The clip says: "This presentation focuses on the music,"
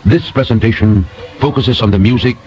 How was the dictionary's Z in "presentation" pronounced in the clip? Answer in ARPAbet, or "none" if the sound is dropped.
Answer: Z